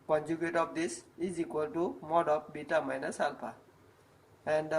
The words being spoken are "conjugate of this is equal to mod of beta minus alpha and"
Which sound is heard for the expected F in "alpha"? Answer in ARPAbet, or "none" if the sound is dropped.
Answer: P